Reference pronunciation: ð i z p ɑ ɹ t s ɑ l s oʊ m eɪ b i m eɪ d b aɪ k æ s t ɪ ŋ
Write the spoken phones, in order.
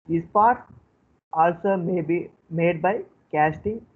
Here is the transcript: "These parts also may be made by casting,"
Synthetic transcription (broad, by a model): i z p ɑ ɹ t ɑ l s oʊ m eɪ b i m eɪ d b aɪ k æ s t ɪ ŋ